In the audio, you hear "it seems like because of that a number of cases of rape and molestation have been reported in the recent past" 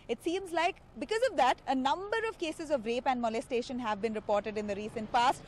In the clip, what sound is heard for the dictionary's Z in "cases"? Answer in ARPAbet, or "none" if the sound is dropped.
Z